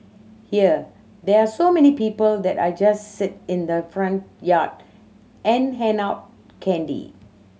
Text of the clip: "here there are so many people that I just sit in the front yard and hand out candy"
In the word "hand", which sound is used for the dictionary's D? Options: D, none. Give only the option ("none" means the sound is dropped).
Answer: none